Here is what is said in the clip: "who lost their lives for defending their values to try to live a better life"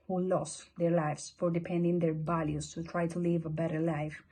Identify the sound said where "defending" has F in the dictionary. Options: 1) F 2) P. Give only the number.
2